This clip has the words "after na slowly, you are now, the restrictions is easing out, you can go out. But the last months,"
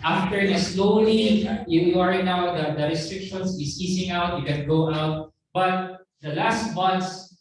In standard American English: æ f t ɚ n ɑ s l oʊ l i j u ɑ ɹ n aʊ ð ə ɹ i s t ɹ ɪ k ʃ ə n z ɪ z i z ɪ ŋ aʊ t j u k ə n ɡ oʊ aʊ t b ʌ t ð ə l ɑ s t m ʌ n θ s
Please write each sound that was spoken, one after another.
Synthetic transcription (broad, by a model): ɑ f t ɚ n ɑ s l oʊ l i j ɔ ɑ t n aʊ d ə ɹ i s t ɹ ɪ k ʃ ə n s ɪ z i s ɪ ŋ aʊ t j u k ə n ɡ oʊ aʊ t b ʌ t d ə l ɑ s t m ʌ n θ s